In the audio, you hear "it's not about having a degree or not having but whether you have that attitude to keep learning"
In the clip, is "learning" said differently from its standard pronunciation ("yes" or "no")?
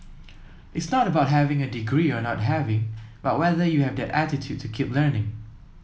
no